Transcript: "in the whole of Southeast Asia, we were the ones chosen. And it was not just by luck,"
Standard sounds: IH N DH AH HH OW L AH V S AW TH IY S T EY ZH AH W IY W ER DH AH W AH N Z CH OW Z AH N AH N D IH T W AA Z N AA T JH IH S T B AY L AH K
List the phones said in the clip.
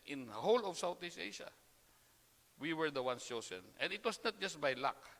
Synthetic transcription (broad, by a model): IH N HH OW L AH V S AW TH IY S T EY SH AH W IY W ER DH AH W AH N S CH OW S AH N AH N D IH T W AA S N AA T JH IH S T B AY L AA K